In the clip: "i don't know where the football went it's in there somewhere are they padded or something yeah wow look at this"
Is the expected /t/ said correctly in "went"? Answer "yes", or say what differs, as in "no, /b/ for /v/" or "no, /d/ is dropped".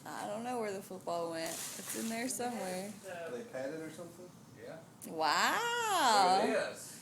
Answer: yes